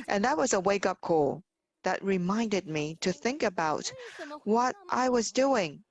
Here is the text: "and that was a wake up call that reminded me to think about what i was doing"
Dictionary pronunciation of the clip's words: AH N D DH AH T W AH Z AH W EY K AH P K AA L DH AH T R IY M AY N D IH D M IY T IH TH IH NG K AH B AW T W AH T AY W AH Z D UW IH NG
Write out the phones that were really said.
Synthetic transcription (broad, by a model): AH N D DH AH T W AH Z AH W EY K AH P K AA L DH AH T R IY M AY N D IH D M IY T IH TH IH NG K AH B AW T W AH T AY W AH Z D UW IH NG